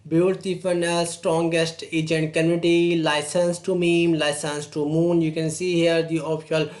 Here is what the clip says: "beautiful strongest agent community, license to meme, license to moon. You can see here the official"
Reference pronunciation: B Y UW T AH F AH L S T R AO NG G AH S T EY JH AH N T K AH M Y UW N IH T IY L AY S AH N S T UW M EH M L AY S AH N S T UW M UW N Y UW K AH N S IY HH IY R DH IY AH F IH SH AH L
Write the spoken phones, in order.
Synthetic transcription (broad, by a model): B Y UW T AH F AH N S T R AO NG G AH S T EY JH AH N T K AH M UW IH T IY L AY S AH N S T UW M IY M L AY S AH N S T UW M UW N Y UW K AH N S IY HH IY R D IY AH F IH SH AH L